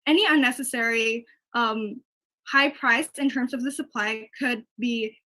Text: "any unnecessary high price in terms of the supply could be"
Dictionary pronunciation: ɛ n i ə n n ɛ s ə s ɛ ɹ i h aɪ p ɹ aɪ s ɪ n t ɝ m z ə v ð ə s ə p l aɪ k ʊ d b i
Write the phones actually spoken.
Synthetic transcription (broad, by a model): ɛ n i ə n n ɛ s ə s ɛ ɹ i h aɪ p ɹ aɪ s ɪ n t ɝ m z ə v ð ə s ə p l aɪ k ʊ d b i